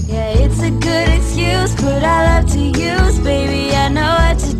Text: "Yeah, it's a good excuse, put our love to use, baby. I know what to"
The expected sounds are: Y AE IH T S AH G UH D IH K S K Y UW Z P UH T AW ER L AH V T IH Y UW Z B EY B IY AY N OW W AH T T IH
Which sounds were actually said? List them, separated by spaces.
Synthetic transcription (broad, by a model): Y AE IH T S AH G UH D IH K S K Y UW Z B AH T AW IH L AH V T IH Y UW Z B EY B IY AY N OW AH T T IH